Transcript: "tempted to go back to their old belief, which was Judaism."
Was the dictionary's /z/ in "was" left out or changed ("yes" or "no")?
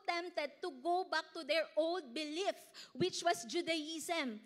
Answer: yes